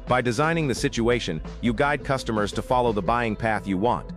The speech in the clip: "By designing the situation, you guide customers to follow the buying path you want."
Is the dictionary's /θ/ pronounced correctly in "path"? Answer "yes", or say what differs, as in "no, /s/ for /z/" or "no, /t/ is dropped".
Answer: yes